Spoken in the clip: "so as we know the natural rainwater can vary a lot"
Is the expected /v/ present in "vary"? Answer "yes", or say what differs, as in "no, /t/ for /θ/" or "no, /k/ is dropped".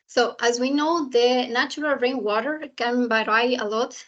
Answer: no, /b/ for /v/